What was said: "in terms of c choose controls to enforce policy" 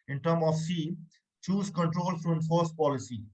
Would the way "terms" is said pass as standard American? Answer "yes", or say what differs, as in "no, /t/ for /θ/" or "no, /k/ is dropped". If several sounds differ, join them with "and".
no, /z/ is dropped